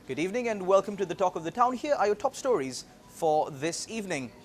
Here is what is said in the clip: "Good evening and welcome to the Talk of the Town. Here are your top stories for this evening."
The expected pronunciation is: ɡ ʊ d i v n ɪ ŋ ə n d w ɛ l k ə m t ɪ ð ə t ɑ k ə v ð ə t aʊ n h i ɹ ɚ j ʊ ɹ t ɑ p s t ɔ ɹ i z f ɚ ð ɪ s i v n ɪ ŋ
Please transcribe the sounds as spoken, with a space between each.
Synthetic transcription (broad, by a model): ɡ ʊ d i v n ɪ ŋ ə n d w ɛ l k ə m t ɪ ð ə t ɑ k ə v ð ə t aʊ n h i ɹ ɚ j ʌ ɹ t ɑ p s t ɔ ɹ i z f ɚ ð ɪ s i v n ɪ ŋ